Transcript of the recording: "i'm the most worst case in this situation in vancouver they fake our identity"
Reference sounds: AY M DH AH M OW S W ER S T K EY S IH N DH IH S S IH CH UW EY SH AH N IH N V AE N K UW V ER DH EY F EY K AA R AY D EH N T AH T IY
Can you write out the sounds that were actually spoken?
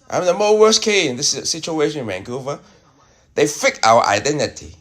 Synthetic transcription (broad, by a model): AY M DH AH M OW W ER S K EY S IH N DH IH S S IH CH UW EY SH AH N IH N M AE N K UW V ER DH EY F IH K AA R AY D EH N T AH T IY